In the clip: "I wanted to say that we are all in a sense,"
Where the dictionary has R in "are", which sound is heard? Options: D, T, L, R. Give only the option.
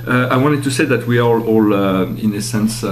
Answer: L